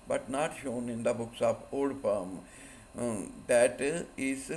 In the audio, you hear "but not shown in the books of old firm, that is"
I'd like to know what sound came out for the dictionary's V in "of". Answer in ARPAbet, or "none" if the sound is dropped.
P